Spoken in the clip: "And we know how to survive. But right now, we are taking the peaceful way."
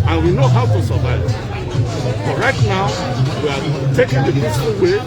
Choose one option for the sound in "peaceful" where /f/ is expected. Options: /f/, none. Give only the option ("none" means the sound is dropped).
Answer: none